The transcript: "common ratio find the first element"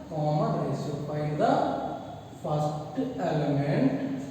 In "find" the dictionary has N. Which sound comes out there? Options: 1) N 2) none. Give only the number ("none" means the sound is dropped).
2